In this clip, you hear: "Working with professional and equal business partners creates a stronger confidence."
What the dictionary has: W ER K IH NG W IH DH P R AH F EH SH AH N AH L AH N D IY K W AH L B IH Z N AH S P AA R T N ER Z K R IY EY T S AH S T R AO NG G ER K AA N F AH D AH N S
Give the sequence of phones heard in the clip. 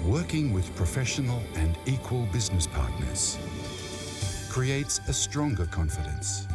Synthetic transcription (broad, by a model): W ER K IH NG W IH DH P R AH F EH SH AH N AH L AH N IY K W AH L B IH Z N AH S P AA R T N ER Z K R IY EY T S AH S T R AO NG G ER K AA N F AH D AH N S